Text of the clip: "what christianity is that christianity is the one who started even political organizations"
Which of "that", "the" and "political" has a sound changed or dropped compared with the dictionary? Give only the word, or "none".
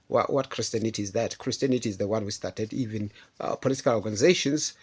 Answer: none